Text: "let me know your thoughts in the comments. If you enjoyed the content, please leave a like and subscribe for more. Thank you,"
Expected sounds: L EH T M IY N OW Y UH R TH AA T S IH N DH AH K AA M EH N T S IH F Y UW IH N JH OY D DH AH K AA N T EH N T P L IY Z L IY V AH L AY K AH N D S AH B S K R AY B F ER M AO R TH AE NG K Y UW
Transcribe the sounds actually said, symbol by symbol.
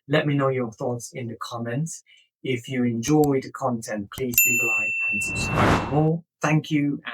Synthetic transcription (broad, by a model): L EH T M IY N OW Y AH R TH AA T S IH N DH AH K AA M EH N T IH F Y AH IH N JH OY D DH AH K AA N T EH N P L IY Z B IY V AH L AY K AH N S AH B S K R AY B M AO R TH AE NG K Y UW